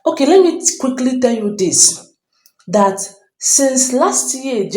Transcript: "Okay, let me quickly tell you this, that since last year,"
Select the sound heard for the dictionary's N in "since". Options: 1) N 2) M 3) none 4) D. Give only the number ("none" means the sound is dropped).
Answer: 1